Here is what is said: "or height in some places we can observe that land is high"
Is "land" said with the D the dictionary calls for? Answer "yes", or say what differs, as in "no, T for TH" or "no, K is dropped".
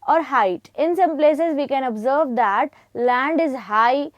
yes